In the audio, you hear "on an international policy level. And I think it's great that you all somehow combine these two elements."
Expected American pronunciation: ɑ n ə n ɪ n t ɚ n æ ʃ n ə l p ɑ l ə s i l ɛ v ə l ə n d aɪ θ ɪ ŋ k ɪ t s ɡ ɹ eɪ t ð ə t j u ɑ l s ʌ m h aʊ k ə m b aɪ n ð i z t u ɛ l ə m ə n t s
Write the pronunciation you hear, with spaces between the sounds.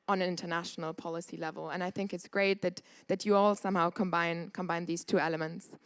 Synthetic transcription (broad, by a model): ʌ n ə n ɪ n t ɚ n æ ʃ n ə l p ɑ l ə s i l ɛ v ə l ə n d aɪ θ ɪ ŋ k ɪ t s ɡ ɹ eɪ t ð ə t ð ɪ ɑ l s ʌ m h aʊ k ə m b aɪ n ð i z t u ɛ l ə m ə n t s